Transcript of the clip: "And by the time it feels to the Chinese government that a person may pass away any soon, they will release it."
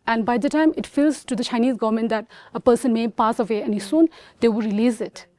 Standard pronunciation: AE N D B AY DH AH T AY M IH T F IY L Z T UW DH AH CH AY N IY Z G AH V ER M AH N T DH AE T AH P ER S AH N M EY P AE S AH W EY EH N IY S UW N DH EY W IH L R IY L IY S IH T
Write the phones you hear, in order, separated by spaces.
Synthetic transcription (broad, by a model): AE N D B AY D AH T AY M IH T F IY L Z T UW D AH CH AY N IY Z G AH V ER M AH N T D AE T AH P ER S AH N M EY P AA S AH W EY EH N IY S UW N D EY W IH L R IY L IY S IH T